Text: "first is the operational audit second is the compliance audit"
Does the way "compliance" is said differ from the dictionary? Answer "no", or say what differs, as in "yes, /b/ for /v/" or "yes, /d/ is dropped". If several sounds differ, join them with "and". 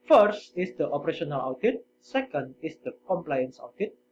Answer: no